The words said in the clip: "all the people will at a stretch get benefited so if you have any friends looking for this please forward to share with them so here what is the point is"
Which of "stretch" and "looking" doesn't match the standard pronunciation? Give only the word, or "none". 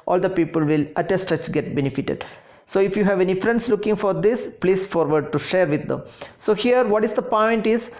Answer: stretch